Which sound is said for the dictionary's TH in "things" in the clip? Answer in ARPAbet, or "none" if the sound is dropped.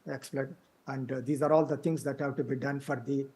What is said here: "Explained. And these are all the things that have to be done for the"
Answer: T